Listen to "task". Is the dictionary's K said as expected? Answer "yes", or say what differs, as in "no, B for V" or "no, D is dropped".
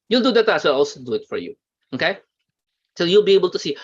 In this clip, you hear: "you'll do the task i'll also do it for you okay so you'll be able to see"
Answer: no, K is dropped